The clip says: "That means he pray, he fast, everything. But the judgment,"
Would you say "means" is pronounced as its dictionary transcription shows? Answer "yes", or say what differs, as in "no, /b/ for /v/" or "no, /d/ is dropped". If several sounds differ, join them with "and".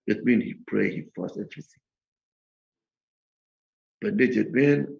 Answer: no, /z/ is dropped